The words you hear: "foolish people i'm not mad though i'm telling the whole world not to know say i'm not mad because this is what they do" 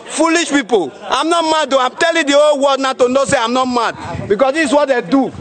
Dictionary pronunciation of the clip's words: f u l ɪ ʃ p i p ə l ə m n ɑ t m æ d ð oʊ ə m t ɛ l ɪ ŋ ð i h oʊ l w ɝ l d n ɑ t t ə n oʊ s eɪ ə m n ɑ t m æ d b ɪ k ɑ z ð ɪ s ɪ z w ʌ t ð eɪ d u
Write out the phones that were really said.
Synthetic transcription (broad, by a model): f u l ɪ ʃ p i p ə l ə m n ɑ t m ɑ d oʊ ə m t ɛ l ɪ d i oʊ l w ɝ d n ɑ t t ə n oʊ s eɪ ə m n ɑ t m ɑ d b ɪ k ɑ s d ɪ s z w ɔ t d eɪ d u